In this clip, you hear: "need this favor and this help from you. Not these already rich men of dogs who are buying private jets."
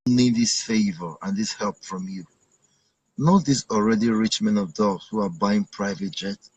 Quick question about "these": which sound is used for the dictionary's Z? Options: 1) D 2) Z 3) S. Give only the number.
3